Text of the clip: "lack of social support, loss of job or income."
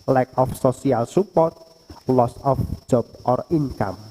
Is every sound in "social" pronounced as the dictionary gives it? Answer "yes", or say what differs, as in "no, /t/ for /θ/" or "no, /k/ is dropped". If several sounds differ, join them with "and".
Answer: no, /s/ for /ʃ/